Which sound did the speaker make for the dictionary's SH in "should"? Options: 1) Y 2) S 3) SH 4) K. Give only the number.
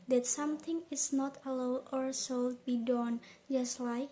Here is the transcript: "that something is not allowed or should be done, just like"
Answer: 2